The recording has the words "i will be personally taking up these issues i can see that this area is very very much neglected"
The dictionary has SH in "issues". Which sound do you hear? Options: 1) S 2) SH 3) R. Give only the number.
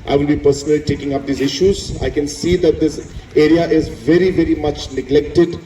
2